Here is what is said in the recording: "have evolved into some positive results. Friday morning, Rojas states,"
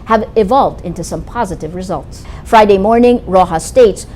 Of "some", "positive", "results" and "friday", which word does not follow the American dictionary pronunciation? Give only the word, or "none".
none